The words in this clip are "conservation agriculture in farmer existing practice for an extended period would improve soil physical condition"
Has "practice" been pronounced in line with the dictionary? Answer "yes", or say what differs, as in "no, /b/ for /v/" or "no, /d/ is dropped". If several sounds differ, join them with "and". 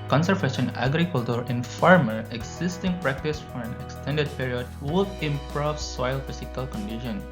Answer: yes